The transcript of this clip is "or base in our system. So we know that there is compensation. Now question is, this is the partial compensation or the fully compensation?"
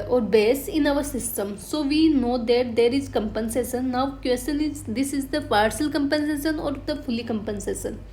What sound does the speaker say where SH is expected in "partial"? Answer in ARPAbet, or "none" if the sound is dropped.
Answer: S